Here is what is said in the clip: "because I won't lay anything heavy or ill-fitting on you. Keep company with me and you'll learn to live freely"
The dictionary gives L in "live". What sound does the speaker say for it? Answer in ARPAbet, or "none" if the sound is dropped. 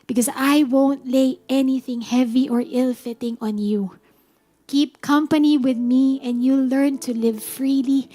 L